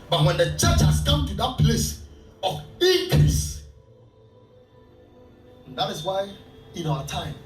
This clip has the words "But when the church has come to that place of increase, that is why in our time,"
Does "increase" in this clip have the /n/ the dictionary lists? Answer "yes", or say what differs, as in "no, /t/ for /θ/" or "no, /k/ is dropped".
no, /n/ is dropped